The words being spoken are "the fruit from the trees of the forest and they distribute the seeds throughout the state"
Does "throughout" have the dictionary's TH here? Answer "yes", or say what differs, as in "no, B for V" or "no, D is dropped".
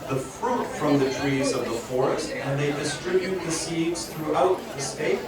yes